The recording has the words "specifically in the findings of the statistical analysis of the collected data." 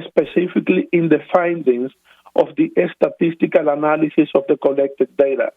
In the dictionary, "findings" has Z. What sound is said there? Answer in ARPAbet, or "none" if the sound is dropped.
S